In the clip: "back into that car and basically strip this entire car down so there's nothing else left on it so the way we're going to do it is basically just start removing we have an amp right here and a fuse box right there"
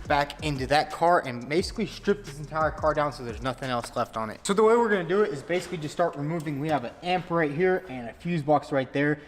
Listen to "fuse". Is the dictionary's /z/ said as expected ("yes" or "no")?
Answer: yes